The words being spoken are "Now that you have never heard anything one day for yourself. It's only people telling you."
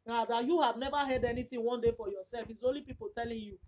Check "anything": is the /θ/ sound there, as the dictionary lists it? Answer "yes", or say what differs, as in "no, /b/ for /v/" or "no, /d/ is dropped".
no, /t/ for /θ/